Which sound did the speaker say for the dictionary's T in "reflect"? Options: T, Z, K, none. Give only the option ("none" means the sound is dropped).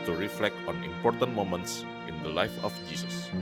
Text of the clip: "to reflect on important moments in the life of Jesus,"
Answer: T